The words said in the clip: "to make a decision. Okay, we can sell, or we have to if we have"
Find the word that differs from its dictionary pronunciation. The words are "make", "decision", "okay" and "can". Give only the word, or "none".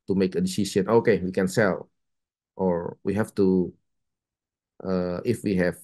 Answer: decision